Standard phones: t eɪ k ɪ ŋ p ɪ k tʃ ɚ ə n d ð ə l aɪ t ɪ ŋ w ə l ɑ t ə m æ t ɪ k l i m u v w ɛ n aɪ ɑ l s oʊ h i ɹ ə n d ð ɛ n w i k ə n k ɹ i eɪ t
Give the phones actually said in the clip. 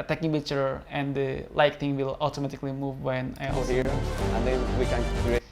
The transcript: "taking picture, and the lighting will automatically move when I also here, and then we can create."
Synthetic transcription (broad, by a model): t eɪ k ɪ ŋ b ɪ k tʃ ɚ ə n d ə l aɪ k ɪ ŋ w ə l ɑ t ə m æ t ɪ k l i m u v w ɛ n aɪ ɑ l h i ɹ ə n d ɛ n w i k ə n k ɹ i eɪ